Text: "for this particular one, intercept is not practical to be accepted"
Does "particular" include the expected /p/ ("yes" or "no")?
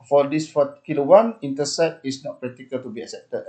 no